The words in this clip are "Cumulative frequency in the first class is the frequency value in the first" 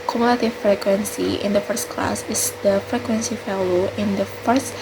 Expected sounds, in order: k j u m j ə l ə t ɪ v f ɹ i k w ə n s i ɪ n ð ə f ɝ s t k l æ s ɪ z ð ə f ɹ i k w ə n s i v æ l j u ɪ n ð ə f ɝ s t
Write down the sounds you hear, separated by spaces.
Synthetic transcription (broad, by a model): k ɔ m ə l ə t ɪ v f ɹ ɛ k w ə n s i ɪ n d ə f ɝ s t k l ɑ s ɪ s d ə f ɹ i k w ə n s i f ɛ l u ɪ n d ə f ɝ s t